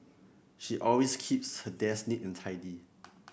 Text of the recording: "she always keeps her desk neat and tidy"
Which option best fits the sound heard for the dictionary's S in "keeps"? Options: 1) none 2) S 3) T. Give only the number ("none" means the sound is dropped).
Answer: 2